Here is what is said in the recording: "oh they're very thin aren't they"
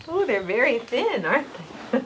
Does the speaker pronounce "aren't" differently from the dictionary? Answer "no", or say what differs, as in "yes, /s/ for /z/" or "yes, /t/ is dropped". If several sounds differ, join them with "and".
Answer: yes, /n/ is dropped